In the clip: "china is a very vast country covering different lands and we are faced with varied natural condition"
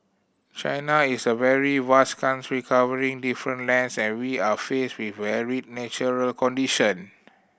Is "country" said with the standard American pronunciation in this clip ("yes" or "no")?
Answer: no